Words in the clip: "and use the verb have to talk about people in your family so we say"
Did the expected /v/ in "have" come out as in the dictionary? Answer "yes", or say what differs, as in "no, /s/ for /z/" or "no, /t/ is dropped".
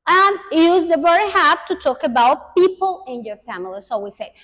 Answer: no, /p/ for /v/